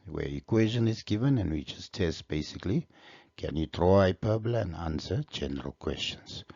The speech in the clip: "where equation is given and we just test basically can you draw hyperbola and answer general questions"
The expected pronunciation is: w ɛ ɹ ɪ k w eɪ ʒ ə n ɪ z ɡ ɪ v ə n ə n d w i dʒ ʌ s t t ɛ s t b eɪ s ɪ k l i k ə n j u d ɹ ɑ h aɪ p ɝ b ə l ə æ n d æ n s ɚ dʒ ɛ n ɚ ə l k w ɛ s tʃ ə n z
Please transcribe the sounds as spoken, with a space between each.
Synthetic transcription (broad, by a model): w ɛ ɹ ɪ k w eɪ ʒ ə n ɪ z ɡ ɪ v ə n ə n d w i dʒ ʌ s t t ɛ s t b eɪ s ɪ k l i k ə n j u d ɹ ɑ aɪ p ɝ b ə l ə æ n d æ n s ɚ dʒ ɛ n ɚ ə l k w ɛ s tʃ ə n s